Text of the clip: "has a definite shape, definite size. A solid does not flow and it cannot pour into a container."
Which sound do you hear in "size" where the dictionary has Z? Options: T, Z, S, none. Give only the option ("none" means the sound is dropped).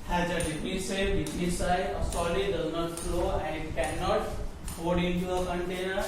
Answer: none